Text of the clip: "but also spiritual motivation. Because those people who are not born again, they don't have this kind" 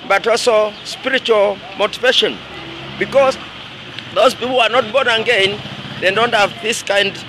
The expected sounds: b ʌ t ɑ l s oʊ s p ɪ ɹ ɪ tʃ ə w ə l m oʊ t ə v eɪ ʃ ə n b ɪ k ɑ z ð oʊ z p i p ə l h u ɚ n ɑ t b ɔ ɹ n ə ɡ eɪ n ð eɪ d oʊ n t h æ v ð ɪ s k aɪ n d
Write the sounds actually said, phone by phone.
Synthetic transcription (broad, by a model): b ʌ t ɑ l s oʊ s p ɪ ɹ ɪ tʃ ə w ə l m oʊ t ə v eɪ ʃ ə n b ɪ k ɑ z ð oʊ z p i p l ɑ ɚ n ɑ t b ɔ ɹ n ə ɡ eɪ n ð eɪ d oʊ n t h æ v ð ɪ s k aɪ n d